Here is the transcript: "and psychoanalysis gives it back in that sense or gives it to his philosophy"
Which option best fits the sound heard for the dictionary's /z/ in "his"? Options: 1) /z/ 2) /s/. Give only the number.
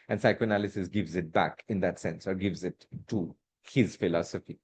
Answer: 1